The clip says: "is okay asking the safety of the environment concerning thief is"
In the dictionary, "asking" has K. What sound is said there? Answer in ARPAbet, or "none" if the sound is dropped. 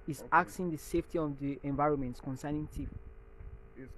none